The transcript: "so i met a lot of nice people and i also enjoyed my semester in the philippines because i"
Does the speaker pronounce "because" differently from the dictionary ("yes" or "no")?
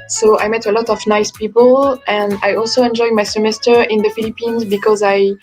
no